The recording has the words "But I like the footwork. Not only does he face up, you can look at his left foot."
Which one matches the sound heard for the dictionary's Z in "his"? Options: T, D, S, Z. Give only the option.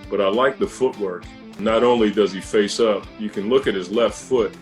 Z